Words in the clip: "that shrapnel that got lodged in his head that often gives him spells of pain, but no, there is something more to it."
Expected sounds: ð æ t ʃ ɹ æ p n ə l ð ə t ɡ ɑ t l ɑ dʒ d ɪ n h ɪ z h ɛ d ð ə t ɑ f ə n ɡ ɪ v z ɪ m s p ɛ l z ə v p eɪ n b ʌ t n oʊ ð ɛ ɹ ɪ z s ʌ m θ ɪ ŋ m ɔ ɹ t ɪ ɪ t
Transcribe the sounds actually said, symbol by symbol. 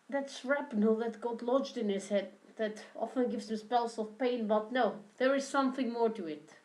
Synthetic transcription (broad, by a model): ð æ t s ɹ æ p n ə l ð ə t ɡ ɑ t l ɑ dʒ d ɪ n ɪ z h ɛ d ð ə t ɑ f ə n ɡ ɪ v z ɪ m s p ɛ l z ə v p eɪ n b ʌ t n oʊ ð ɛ ɹ ɪ z s ʌ m θ ɪ ŋ m ɔ ɹ t ɪ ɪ t